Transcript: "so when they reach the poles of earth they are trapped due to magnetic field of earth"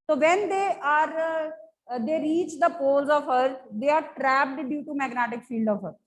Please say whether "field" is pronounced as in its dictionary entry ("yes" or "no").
yes